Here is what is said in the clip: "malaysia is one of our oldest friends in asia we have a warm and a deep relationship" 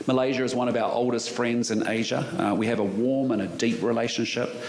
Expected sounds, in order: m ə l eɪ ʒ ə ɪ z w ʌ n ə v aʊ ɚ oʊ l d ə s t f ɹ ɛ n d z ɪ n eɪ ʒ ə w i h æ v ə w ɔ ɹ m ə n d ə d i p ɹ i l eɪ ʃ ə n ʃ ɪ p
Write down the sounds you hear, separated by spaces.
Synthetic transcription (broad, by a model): m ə l eɪ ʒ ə ɪ z w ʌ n ə v aʊ ɚ oʊ l d ə s t f ɹ ɛ n d z ɪ n eɪ ʒ ə w i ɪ v ə w ɔ ɹ m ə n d ə d i p ɹ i l eɪ ʃ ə n ʃ ɪ p